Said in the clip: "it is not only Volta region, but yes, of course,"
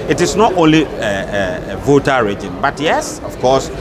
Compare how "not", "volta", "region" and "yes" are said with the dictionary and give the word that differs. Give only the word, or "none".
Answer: volta